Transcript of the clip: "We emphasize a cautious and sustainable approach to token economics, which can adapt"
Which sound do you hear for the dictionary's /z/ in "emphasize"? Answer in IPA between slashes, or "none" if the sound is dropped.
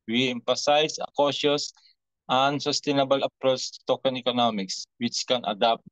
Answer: /s/